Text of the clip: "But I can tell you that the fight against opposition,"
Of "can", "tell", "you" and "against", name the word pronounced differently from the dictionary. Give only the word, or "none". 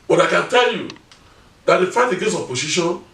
against